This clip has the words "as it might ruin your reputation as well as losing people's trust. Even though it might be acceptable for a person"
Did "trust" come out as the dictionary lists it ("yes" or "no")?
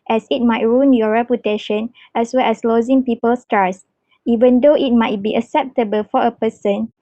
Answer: no